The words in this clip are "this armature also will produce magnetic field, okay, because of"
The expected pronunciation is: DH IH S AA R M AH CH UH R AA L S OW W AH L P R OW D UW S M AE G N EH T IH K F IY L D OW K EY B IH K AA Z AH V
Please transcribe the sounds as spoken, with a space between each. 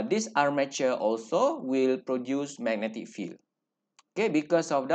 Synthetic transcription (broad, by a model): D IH S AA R M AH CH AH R AA L S OW W AH L P R OW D UW S M AE G N EH T IH K F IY L OW K EY B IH K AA S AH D